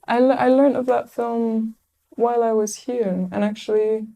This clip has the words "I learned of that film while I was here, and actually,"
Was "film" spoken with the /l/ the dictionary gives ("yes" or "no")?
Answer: yes